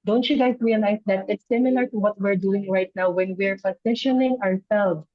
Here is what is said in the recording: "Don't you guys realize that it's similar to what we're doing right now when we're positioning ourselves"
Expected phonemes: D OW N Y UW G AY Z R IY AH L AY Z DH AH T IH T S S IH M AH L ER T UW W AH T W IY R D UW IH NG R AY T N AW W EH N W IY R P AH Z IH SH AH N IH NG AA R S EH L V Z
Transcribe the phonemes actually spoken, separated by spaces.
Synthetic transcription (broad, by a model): D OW N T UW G AY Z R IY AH N AY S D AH T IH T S S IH M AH L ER T UW W AH T W IY R D UW IH NG R AY T N AW W EH N W IY R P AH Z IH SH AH N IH NG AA R S EH L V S